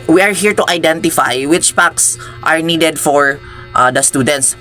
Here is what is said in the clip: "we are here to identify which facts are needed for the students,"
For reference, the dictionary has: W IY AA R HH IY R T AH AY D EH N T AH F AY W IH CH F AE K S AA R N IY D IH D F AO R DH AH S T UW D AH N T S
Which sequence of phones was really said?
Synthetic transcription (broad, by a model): W IY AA R HH IY R T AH AY D EH N T AH F AY W IH CH P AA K S AA R N IY D IH D F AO R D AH S T UW D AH N T S